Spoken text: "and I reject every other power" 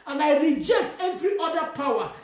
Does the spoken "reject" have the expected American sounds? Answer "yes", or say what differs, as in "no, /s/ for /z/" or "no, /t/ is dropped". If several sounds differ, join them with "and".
yes